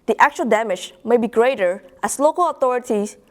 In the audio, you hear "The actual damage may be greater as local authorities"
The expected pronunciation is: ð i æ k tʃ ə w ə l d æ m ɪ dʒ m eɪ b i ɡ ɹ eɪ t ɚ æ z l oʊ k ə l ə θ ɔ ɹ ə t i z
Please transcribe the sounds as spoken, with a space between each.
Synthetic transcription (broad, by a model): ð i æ k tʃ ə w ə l d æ m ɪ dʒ m eɪ b i ɡ ɹ eɪ t ɚ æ s l oʊ k ə l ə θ ɔ ɹ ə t i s